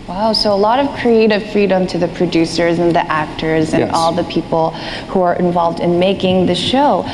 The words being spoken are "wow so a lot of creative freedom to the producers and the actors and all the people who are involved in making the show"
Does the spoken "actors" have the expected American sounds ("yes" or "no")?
yes